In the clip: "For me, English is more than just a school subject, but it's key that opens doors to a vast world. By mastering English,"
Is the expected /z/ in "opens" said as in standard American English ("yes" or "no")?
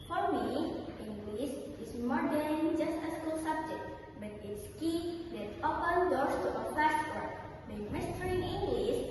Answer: no